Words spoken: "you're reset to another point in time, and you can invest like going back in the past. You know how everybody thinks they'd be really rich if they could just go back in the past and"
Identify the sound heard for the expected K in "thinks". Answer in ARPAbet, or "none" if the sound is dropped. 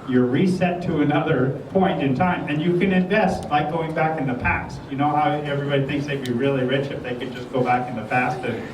K